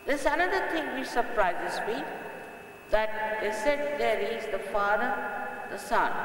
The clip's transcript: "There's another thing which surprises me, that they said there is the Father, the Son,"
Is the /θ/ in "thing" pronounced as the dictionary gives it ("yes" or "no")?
no